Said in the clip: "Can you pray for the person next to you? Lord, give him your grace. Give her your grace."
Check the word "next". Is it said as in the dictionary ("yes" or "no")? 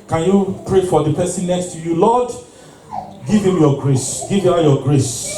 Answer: yes